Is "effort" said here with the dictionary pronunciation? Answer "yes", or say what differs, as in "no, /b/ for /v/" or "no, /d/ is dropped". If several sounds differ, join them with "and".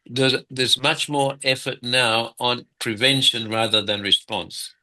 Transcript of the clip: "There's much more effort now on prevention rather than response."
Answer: yes